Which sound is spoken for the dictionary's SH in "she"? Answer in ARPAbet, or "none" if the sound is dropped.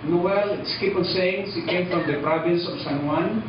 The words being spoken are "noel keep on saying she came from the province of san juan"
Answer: S